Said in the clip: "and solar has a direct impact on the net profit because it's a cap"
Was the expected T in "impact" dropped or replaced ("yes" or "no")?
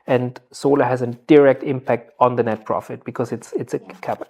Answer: no